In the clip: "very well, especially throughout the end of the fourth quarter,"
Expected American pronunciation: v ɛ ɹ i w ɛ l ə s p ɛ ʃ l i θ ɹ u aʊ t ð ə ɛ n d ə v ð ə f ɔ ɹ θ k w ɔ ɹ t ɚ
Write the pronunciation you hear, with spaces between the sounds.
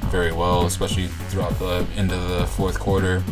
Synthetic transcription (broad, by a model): v ɛ ɹ i w ɛ l ə s p ɛ ʃ l i θ ɹ u aʊ t ð ə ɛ n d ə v ð ə f ɔ ɹ θ k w ɔ ɹ t ɚ